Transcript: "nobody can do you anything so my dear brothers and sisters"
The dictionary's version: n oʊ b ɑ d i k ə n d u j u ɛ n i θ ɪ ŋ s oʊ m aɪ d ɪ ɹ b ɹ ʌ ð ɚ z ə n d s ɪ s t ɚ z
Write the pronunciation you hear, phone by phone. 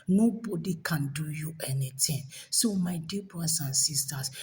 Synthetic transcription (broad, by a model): n oʊ b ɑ d i k ə n d u j u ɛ n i t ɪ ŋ s oʊ m aɪ d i b ɹ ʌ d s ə n s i s t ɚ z